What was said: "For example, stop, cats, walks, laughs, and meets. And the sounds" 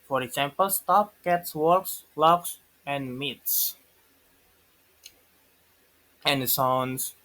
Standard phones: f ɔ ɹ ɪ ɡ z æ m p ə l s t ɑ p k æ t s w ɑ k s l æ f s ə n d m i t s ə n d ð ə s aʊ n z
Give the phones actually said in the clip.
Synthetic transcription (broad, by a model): f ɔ ɹ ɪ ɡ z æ m p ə l s t ɑ p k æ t s w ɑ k s l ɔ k s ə n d m i t s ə n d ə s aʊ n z